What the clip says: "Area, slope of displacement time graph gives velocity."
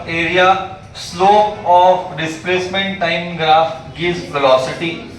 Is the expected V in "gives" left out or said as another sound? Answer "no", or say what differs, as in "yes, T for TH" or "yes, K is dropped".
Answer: yes, V is dropped